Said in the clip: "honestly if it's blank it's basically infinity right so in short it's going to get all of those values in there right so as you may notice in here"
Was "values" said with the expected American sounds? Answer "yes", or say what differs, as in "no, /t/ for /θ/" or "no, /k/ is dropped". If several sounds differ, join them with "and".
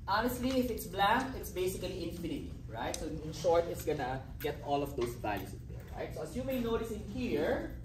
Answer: no, /s/ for /z/